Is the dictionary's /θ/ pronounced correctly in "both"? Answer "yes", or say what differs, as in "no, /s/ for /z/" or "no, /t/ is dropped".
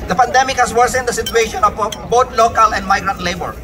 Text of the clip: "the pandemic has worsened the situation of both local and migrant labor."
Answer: no, /t/ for /θ/